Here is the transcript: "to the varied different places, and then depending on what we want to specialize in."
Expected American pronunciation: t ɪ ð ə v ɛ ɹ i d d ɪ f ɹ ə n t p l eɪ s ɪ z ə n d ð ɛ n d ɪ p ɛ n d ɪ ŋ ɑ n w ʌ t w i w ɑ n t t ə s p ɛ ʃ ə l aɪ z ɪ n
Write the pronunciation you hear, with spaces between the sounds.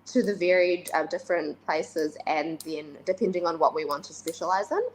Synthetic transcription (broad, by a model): t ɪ ð ə v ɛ ɹ i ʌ d ɪ f ɹ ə n p l eɪ s ɪ z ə n ð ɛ n d ɪ p ɛ n d ɪ ŋ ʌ n w ʌ t w i w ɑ n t t ə s p ɛ ʃ ə l aɪ z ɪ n